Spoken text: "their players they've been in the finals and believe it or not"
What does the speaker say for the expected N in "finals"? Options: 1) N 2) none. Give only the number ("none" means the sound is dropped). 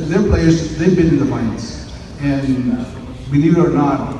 2